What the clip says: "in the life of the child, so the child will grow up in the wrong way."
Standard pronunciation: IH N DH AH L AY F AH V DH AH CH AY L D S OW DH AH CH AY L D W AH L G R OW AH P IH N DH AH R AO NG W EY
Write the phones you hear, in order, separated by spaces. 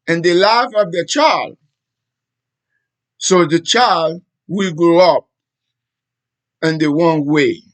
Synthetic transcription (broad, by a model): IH N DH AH L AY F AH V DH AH CH AY L D S OW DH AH CH AY L D W AH L G R OW AH P IH N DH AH W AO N W EY